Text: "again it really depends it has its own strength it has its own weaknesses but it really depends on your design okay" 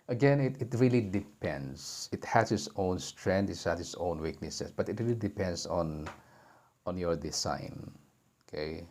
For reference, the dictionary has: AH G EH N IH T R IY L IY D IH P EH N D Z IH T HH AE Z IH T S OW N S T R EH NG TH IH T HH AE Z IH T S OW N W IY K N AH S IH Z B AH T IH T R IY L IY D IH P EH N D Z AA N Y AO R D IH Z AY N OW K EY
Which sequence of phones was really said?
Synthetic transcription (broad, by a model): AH G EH N IH T R IY L IY D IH P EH N D S IH T HH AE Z IH T S OW N S T R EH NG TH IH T HH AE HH IH T S OW N W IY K N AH S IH S B AH T IH T R IY L IY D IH P EH N D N AA N Y AO R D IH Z AY N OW K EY